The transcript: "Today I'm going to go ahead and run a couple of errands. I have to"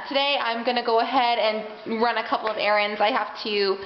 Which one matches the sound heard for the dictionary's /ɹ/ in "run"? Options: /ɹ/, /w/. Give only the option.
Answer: /ɹ/